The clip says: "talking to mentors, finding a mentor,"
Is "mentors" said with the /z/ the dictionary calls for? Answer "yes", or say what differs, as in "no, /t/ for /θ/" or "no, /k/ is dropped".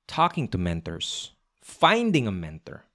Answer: no, /s/ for /z/